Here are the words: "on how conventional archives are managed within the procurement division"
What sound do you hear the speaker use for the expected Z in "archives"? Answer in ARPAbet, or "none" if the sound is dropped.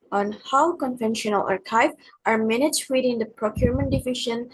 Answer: none